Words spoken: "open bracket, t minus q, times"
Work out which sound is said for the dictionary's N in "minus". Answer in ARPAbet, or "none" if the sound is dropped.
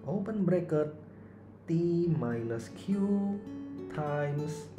L